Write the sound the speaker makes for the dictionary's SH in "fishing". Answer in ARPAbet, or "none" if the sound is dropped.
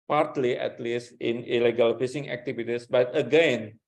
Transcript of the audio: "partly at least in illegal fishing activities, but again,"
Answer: S